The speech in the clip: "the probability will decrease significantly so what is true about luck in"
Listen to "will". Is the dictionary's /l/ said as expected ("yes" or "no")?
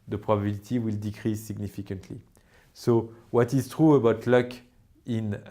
yes